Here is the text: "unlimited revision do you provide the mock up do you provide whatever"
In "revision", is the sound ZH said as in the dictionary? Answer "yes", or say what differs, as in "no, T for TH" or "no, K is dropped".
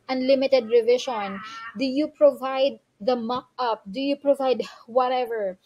no, SH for ZH